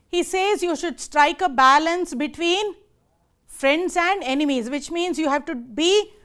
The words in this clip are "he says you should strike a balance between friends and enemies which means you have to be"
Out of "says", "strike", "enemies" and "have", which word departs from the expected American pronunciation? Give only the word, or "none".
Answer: none